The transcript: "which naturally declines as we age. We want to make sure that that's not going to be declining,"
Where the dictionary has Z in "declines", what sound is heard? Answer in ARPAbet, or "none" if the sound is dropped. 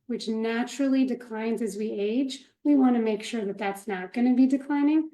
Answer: Z